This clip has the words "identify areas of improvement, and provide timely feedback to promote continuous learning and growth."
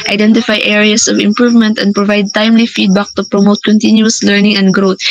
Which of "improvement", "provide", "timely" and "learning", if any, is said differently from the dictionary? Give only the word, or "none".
none